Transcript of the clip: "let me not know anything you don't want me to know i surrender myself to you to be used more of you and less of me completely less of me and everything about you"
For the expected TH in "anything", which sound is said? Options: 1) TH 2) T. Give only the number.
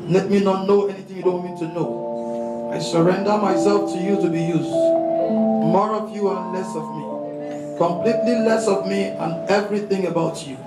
1